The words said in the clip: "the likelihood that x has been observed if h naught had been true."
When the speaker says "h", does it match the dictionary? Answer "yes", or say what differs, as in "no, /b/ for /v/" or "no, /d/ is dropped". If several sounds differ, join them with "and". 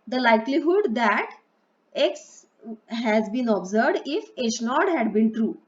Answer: no, /ʃ/ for /tʃ/